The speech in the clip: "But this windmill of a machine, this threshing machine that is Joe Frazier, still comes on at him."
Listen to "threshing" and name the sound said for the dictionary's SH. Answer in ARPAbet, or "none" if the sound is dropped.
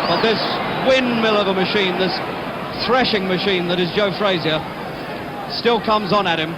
SH